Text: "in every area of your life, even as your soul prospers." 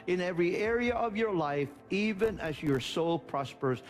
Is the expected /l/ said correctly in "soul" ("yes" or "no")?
yes